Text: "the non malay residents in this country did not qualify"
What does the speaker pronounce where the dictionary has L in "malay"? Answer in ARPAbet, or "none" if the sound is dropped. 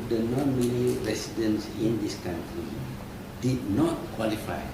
N